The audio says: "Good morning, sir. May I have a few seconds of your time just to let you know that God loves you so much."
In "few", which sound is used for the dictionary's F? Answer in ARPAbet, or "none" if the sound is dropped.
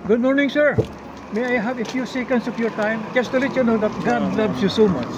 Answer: F